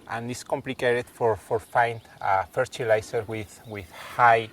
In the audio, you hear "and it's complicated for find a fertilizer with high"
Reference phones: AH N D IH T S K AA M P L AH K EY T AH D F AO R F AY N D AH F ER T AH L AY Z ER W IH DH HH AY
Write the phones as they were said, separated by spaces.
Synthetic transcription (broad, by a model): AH N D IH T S K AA M P L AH K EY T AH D F AO R F AY N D AH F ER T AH L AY S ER W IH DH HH AY